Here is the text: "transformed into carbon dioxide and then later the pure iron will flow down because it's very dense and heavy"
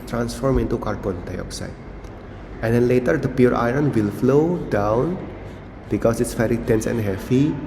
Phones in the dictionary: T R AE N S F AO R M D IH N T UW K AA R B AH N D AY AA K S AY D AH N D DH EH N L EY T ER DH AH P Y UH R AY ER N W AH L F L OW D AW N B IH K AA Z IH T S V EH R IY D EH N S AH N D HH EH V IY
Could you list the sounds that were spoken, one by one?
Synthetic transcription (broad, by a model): T R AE N S F AO R M IH N T UW K AA R B AH N D AY AA K S AY D AH N D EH N L EY T ER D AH P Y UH R AY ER N W AH L F L OW D AW N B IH K AA S IH T S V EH R IY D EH N S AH N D HH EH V IY